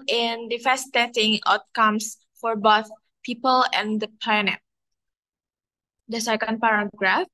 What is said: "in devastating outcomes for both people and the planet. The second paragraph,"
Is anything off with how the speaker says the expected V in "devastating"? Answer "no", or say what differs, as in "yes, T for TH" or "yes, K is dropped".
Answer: yes, F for V